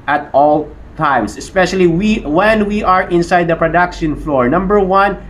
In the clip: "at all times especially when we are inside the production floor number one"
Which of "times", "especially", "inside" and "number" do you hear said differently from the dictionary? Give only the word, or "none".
times